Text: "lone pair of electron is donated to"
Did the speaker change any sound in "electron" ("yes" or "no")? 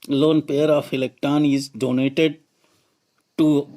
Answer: yes